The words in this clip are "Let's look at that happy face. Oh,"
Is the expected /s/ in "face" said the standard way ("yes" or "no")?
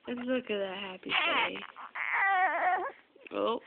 no